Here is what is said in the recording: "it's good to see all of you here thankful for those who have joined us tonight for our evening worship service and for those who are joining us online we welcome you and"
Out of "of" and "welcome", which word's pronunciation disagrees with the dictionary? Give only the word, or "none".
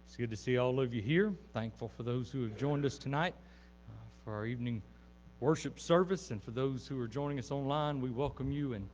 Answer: none